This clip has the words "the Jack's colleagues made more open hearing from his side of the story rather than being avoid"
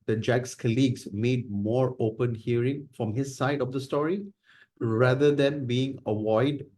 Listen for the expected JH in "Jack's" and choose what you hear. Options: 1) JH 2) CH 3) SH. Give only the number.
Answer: 1